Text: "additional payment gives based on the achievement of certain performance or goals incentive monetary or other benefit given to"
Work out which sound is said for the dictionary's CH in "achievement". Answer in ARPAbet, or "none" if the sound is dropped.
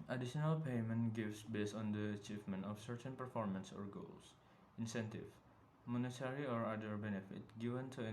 CH